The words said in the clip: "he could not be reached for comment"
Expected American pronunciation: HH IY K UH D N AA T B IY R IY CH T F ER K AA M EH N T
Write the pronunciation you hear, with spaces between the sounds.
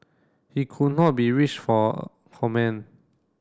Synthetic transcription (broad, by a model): HH IY K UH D N AA T B IY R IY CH F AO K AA M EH N